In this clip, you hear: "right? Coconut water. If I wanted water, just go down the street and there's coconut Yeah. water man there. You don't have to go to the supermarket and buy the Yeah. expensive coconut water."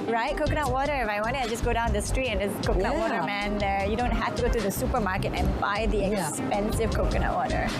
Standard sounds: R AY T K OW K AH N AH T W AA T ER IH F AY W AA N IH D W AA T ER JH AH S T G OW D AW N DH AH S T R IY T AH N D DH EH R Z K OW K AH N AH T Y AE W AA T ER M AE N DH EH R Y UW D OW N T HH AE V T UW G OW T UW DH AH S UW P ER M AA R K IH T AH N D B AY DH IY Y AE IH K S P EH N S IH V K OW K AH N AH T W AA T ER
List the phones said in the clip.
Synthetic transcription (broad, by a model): R AY T K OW K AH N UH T W AA T ER IH F AY W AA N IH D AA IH JH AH S G OW D AW N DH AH S T R IY T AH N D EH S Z K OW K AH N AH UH W AA T ER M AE N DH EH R Y UW D OW N T HH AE F T UW G OW T UW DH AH S UW P ER M AA R K IH T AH N B AY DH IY IH K S P EH N S IH V K OW K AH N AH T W AA T ER